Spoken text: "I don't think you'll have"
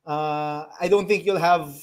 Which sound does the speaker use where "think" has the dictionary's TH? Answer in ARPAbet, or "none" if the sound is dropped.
T